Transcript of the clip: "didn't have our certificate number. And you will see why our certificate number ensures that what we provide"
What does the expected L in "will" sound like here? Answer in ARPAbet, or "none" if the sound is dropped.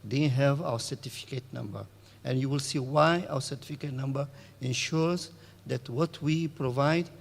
L